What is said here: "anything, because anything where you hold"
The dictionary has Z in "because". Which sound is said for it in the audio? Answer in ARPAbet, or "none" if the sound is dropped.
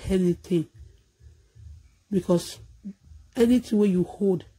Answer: S